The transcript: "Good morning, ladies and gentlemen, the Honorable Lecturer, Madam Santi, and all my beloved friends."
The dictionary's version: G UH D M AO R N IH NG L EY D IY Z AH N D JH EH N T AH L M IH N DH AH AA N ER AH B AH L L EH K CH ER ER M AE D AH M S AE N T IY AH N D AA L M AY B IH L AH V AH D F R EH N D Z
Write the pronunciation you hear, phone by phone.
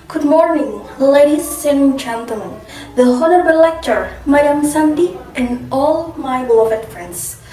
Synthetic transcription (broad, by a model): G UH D M AO R N IH NG L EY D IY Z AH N JH EH N T AH L M IH N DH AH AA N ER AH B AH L L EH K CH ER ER M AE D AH M S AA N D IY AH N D AA L M AY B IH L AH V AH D F R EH N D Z